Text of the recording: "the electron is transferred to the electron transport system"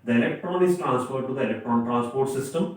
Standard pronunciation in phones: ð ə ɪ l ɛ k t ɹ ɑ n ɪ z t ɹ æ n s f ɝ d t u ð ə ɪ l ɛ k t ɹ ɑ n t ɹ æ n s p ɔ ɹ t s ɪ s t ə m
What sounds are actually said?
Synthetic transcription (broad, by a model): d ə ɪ l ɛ k t ɹ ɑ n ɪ s t ɹ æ n s p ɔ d t u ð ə ɪ l ɛ k t ɹ ɑ n t ɹ æ n s p ɔ ɹ t s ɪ s t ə m